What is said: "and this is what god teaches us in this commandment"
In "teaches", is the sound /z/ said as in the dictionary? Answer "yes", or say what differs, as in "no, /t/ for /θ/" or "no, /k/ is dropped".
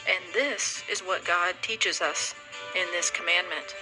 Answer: yes